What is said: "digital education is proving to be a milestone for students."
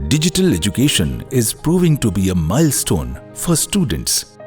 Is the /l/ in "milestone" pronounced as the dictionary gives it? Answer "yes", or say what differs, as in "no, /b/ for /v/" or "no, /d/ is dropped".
yes